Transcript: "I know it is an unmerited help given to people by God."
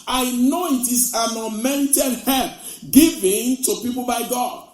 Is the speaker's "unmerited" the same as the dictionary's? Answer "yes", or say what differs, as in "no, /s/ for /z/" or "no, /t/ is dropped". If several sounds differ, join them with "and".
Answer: no, /n/ is dropped